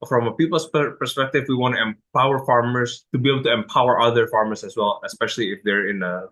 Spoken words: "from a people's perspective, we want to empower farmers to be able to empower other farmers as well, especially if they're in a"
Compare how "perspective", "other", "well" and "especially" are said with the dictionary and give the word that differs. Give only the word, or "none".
none